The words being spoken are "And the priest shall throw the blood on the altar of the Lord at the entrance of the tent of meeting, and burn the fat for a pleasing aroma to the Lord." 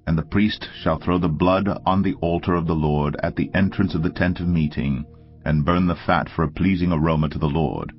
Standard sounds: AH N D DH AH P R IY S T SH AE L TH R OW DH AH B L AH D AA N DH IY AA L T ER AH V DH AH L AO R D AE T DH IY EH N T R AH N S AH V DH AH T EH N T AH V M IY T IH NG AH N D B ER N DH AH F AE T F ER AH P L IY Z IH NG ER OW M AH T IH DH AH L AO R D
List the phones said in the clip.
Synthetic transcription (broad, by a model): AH N DH AH P R IY S T SH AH L TH R OW DH AH B L AH D N DH IY AA L T ER AH V DH AH L AO R D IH T DH IY EH N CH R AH N S AH V DH AH T EH N T AH V M IY T IH NG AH N B ER N DH AH F AE T F ER AH P L IY Z IH NG ER OW M AH T IH DH AH L AO R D